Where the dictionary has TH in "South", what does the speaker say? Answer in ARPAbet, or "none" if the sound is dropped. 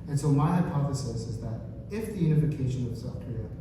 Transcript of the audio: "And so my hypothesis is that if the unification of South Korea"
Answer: F